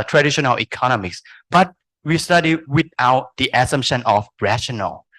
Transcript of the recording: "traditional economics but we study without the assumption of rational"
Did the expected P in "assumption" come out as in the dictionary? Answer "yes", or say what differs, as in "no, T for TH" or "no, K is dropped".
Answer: no, P is dropped